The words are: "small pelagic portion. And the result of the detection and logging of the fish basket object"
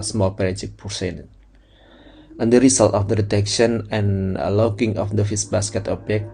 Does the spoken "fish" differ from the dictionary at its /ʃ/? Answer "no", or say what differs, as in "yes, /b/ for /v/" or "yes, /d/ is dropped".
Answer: yes, /s/ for /ʃ/